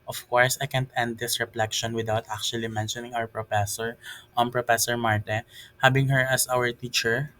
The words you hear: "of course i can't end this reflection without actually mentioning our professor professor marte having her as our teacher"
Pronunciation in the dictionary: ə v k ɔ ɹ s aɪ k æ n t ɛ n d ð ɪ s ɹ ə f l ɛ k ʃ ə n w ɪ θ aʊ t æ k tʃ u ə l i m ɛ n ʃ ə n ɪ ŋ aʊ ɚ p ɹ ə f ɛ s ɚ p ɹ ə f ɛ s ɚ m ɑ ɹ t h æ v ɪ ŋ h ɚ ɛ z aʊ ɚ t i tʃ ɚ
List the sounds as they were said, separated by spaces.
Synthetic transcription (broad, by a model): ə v k ɔ ɹ s aɪ k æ n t ɛ n d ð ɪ s ɹ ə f l ɛ k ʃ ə n w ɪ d aʊ t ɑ k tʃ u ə l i m ɛ n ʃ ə n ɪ ŋ aʊ ɚ p ɹ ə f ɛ s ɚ p ɹ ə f ɛ s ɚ m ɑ ɹ t h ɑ b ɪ ŋ h ɚ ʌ s aʊ ɚ t i tʃ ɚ